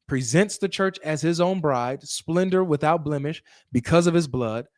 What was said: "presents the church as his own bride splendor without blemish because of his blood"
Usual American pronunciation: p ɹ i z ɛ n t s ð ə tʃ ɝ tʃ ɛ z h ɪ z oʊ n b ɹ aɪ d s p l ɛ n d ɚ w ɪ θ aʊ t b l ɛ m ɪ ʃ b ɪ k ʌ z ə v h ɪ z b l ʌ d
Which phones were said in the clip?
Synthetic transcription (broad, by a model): p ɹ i z ɛ n t s ð ə tʃ ɝ tʃ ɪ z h ɪ z oʊ n b ɹ aɪ d s p l ɛ n d ɚ w ɪ θ aʊ t b l ɛ m ɪ ʃ b ɪ k ʌ z ə v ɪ z b l ʌ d